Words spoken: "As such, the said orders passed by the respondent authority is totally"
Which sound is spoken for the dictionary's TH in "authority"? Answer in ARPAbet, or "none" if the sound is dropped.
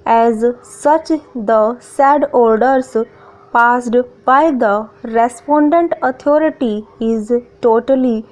T